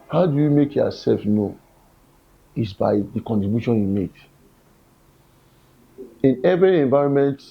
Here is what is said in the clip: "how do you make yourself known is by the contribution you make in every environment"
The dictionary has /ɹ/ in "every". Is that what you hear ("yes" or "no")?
yes